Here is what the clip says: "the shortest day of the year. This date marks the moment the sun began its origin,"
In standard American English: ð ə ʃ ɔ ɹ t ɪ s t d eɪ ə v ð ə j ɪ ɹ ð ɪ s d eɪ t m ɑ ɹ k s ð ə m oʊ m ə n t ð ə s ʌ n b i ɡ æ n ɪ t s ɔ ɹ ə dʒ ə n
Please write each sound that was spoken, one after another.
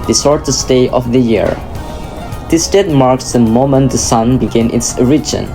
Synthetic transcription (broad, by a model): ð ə s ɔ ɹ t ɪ s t eɪ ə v ð ə j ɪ ɹ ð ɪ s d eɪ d m ɑ ɹ k s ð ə m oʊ m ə n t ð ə s ʌ n b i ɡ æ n ɪ t s ɹ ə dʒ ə n